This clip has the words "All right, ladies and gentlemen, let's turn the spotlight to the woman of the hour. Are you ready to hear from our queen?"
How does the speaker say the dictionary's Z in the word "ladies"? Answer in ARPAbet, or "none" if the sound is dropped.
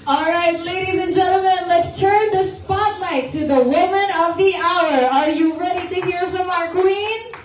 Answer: Z